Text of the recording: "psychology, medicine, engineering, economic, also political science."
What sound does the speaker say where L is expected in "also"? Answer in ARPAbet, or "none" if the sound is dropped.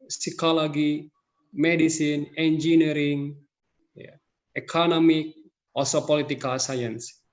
none